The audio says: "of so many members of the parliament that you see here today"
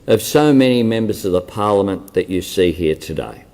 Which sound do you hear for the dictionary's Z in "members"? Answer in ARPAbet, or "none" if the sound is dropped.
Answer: Z